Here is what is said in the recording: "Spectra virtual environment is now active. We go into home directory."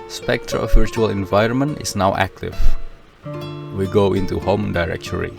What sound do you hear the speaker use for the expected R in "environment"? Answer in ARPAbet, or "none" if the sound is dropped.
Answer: R